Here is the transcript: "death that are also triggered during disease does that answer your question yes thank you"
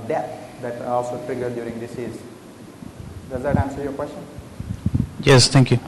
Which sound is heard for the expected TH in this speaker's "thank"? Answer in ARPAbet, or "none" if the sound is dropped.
T